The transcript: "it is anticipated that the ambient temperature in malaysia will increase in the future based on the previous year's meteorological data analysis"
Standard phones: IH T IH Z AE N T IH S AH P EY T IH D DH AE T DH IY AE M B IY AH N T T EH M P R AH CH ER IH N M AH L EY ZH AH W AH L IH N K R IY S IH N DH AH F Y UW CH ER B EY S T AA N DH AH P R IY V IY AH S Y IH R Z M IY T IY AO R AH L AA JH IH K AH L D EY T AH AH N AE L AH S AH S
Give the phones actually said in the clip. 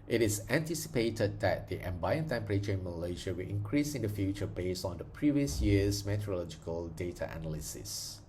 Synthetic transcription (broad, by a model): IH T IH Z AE N T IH S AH P EY T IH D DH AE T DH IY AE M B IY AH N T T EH M P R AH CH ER IH N M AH L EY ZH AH W AH L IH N K R IY S IH N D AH F Y UW CH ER B EY S T AA N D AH P R IY V IY AH S Y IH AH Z M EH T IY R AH L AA JH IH K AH L D EY T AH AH N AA L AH S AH S